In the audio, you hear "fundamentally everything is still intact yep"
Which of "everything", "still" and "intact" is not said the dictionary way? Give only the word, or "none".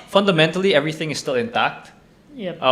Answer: none